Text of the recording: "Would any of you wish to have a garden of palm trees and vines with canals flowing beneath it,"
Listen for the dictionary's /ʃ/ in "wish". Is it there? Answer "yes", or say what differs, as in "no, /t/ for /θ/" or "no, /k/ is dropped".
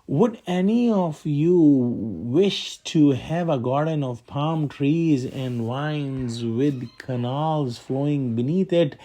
yes